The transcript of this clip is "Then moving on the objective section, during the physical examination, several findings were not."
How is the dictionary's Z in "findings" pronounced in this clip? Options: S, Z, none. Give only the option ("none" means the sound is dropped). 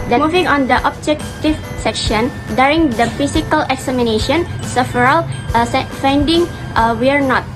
none